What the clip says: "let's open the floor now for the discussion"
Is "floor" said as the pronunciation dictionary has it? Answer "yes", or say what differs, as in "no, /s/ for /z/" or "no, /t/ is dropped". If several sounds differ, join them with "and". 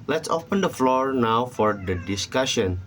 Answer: yes